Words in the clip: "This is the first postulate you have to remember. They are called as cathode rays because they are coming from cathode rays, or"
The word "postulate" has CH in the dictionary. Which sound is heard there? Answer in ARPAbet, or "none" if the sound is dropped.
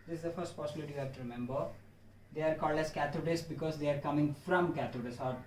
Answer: none